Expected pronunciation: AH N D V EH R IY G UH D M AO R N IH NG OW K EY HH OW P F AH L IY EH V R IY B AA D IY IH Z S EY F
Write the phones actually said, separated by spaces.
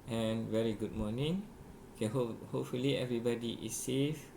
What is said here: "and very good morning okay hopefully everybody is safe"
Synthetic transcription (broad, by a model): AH N V EH R IY G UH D M AO N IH NG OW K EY HH OW P F AH L IY EH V R IY B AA D IY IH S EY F